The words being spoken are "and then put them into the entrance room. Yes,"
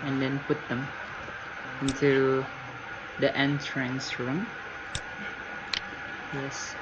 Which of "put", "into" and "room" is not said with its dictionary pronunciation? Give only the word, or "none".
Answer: none